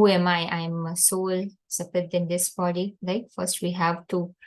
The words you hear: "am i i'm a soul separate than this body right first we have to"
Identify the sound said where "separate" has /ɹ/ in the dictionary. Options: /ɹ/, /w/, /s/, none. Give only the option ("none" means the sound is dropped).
none